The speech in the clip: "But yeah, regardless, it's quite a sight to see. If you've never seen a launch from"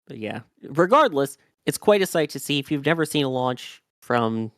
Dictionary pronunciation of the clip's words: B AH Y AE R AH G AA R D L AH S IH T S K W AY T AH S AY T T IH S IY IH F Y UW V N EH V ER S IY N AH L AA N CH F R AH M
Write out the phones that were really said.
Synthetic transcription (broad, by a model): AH Y AE R AH G AA R D L AH S IH T S K W AY T AH S AY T T IH S IY IH F Y UW V N EH V ER S IY N AH L AA N CH F R AH M